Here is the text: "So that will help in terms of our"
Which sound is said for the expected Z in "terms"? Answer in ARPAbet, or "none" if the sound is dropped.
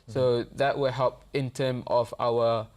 none